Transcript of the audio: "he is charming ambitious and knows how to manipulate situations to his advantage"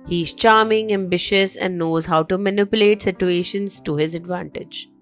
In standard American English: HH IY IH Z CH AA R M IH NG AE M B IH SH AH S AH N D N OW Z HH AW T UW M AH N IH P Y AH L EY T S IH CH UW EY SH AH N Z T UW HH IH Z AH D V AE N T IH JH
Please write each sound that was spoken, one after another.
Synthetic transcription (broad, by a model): HH IY IH Z CH AA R M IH NG AE M B IH SH AH S AH N D N OW Z HH AW T UW M AH N IH P Y AH L EY T S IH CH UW EY SH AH N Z T UW HH IH Z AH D V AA N T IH JH